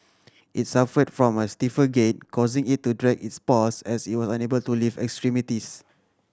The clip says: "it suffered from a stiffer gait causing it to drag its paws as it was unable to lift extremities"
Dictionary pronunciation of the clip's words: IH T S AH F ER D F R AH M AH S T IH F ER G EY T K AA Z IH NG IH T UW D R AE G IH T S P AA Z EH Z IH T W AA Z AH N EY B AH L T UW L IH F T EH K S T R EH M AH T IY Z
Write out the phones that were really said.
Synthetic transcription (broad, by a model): IH T S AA F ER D F R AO M AH S T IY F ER G EY T K AA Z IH NG IH T UW D R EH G IH T S P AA S EH S IH T W AA S AH N EY B AH L T UW L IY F EH K S T R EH M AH T IY S